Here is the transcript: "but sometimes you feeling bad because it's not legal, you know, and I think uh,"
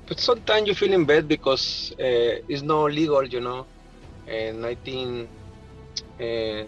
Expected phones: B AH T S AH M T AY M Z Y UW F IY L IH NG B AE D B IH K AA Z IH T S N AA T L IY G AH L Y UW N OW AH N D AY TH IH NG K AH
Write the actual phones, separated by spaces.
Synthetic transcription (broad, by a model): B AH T S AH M T AY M S Y UW F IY L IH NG B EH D B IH K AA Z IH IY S N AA L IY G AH L Y UW N OW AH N AY T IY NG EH